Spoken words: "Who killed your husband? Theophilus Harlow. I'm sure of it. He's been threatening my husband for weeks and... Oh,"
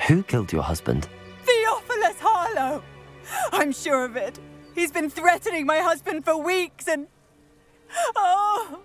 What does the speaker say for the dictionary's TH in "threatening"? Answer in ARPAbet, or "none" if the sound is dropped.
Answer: TH